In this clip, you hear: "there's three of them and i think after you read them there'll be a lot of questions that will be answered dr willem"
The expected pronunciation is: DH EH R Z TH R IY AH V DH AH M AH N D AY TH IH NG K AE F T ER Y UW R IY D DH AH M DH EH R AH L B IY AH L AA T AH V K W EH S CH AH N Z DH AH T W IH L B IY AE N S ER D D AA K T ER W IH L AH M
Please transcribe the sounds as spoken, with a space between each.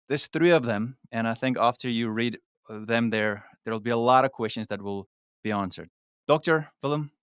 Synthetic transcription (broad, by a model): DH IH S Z TH R IY AH V DH AH M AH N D AY TH IH NG K AE F T ER Y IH R IY D DH AH M DH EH R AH L B IY AH L AA T AH V K W EH S CH AH N Z DH AH T W IH L B IY AE N S ER D D AA K T ER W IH L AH M